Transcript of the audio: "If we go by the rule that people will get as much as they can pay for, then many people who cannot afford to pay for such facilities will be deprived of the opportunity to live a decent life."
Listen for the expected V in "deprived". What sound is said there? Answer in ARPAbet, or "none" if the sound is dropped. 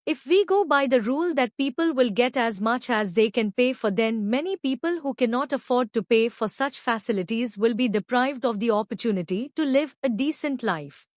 V